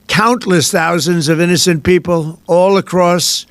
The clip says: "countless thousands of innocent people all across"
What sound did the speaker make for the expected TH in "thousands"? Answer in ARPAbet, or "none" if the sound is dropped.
TH